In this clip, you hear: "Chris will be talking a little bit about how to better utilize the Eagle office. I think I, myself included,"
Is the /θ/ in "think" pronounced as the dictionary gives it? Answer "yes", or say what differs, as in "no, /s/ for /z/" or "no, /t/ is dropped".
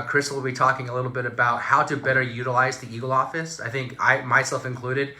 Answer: yes